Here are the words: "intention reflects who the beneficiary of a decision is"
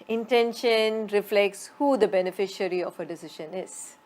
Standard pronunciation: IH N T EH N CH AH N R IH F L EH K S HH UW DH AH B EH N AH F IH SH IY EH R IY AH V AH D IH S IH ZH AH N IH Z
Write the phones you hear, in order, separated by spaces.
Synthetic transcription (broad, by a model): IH N T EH N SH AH N R IH F L EH K S HH UW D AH B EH N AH F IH SH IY R IY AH F AH D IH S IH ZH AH N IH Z